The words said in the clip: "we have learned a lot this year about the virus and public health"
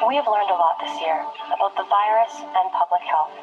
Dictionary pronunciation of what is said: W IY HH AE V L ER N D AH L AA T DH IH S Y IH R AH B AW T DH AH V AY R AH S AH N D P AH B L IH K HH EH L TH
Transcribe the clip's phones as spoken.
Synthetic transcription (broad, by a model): W IY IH V L ER N D AH L AA T DH IH S Y IH R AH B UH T DH AH V AY R AH S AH N P AH B L IH K HH EH L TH